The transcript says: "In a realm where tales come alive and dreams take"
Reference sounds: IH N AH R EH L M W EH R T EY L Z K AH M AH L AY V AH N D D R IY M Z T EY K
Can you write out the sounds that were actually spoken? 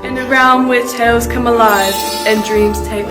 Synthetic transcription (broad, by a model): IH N AH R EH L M W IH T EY L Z K AH M AH L AY V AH N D D R IY M Z T EY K